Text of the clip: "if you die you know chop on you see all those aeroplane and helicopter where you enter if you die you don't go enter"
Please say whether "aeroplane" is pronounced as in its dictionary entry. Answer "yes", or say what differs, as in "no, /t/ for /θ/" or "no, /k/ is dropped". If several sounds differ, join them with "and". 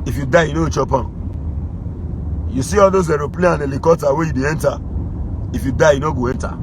no, /n/ is dropped